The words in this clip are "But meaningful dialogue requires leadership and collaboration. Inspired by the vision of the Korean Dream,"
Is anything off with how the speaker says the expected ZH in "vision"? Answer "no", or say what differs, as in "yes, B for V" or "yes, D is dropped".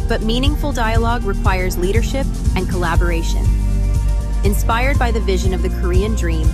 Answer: no